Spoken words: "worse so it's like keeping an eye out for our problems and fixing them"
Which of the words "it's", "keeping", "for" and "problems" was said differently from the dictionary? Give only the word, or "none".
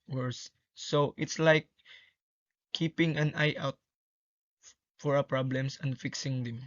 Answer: problems